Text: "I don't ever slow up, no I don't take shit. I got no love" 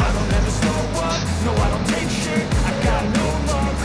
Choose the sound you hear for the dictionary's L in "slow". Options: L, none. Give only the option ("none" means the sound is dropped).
none